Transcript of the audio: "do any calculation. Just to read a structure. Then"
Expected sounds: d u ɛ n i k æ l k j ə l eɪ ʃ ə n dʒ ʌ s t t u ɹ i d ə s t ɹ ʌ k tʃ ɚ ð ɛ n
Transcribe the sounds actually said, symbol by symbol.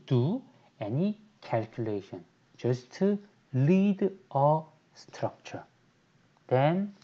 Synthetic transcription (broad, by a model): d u ɛ n i k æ l k j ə l eɪ ʃ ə n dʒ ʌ s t t u l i d ə s t ɹ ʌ k tʃ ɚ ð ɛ n